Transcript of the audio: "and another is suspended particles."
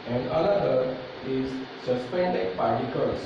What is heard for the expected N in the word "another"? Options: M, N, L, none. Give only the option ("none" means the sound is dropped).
L